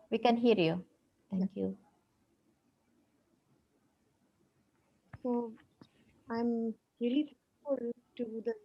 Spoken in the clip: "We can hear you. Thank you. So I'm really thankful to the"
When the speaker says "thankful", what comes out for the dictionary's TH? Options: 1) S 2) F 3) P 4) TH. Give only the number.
1